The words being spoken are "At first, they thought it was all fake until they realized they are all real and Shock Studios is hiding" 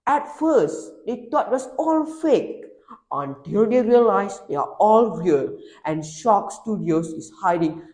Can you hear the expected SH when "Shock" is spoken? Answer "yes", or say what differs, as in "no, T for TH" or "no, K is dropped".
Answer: yes